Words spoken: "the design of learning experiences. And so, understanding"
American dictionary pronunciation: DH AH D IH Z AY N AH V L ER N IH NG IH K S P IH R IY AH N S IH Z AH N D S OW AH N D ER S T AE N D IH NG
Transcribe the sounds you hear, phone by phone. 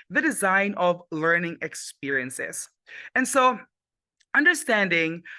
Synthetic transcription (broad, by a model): DH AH D IH Z AY N AH V L ER N IH NG IH K S P IH R IY AH N S IH Z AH N S OW AH N D ER S T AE N D IH NG